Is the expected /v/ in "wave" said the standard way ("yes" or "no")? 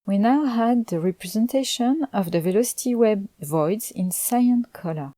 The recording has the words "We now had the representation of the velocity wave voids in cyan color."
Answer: no